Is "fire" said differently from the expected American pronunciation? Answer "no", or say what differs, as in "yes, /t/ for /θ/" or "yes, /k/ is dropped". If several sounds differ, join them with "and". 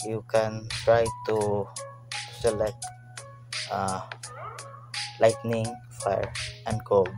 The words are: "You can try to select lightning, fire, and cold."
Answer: no